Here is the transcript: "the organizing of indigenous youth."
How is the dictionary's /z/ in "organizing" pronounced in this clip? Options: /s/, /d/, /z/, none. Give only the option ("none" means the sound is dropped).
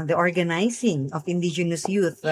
/s/